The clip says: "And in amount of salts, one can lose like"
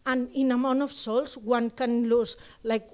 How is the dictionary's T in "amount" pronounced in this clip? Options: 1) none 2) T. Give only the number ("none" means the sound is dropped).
1